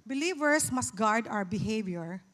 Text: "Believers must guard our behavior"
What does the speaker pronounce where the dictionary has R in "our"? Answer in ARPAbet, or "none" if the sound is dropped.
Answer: W